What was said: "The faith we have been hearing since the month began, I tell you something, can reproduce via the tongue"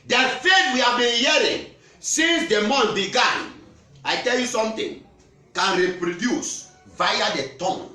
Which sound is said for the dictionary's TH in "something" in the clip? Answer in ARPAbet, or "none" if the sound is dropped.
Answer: T